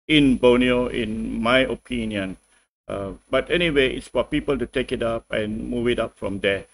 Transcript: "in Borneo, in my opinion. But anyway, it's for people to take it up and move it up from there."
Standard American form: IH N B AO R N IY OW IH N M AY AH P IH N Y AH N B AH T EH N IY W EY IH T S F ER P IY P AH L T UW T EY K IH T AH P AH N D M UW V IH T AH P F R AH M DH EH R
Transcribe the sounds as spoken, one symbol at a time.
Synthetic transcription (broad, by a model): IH N B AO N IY OW IH N M AY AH P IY N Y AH N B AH T EH N IY W EY IH T S F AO P IY P AH L T UW T EY K IH T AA P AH N M UW V IH T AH P F R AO M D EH